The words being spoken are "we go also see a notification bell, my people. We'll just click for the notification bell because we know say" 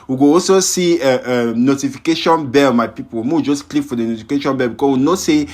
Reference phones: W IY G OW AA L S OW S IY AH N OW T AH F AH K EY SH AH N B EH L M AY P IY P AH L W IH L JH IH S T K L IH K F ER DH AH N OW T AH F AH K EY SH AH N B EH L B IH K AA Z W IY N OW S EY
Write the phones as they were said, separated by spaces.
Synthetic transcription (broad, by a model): W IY G OW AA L S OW S IY AH N OW T AH F AH K EY SH AH N B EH M AY P IY P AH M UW W JH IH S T K L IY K F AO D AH N OW T AH F AH K EY SH AH N B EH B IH K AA S W IY N OW S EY